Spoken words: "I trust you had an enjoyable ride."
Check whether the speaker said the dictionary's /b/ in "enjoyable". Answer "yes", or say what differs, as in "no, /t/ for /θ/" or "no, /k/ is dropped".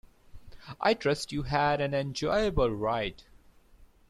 yes